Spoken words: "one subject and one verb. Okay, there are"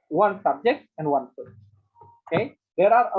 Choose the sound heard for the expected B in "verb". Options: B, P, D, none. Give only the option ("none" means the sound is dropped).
none